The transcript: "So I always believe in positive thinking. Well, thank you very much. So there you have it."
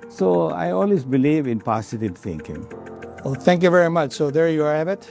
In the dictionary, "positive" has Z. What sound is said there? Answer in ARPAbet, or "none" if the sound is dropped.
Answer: S